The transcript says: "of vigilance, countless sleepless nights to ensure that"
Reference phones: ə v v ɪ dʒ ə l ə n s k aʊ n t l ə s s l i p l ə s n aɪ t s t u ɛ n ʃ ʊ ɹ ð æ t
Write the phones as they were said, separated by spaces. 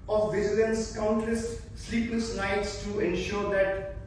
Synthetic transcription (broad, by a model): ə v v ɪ z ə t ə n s k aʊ n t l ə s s l i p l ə s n aɪ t s t u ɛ n ʃ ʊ ɹ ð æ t